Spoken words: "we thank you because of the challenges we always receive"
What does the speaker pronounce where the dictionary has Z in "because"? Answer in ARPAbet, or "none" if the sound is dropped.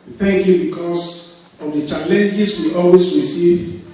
S